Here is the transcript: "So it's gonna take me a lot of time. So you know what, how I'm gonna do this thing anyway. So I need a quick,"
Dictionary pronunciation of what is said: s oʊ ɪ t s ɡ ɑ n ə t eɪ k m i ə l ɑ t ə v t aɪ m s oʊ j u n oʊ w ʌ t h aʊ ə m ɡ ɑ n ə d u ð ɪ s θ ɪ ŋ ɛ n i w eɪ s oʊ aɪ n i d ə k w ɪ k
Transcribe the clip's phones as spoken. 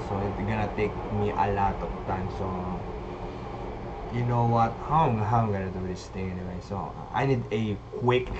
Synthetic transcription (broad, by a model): s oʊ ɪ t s ɡ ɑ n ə t eɪ k m i ə l ɑ t ə v t aɪ m s oʊ j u n oʊ w ʌ t h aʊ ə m ɡ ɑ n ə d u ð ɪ s t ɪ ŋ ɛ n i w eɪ s oʊ aɪ n i d ə k w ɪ k